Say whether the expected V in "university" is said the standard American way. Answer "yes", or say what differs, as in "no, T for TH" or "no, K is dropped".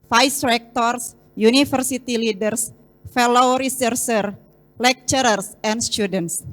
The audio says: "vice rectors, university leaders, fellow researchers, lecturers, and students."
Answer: no, F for V